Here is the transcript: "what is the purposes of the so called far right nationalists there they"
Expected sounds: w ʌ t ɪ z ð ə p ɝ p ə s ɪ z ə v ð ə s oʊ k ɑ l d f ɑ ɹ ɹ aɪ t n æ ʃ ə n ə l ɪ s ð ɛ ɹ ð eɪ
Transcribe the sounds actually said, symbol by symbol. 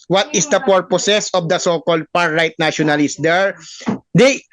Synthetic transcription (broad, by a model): w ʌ t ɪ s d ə p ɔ p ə s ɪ s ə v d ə s oʊ k ɑ l d p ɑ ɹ ɹ aɪ t n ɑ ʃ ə n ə l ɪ s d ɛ ɹ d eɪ